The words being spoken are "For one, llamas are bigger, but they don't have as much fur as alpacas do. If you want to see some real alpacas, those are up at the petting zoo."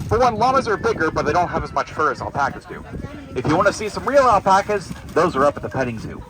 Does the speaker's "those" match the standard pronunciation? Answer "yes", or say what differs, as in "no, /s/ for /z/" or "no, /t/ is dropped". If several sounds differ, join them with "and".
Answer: yes